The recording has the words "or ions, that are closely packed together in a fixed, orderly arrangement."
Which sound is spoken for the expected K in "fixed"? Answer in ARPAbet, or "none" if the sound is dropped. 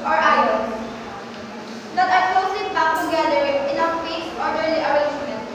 none